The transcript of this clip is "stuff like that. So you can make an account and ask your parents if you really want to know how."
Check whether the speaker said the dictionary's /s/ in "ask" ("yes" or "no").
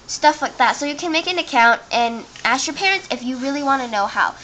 yes